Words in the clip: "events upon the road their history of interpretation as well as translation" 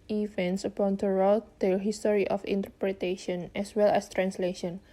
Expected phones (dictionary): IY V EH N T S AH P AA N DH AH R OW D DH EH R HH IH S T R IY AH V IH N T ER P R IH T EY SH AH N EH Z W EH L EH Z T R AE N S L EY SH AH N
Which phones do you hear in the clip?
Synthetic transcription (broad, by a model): IY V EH N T S AH P AA N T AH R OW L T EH L HH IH S T R IY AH F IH N T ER P R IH T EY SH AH N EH S W EH L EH S T R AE N S L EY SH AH N